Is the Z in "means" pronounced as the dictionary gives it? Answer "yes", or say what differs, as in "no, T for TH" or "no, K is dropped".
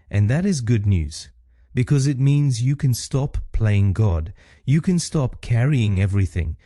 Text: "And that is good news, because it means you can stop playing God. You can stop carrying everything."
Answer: yes